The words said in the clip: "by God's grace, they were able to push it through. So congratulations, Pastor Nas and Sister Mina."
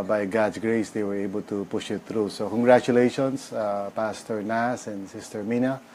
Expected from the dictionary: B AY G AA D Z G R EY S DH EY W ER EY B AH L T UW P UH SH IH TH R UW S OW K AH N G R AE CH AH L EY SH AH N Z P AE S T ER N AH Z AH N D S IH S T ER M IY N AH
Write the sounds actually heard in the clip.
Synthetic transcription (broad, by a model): B AY G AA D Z G R EY S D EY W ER EY B AH L T UW P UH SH IH T R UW S OW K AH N G R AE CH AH L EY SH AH N S P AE S T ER N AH S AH N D S IH S T ER M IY N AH